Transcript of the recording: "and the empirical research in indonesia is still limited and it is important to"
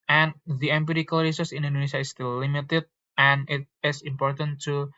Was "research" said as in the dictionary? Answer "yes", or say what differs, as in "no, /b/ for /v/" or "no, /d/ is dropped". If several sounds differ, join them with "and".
no, /s/ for /tʃ/